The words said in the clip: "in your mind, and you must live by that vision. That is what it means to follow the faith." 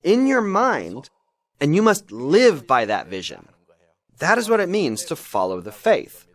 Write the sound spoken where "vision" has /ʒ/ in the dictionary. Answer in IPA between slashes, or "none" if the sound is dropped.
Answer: /ʒ/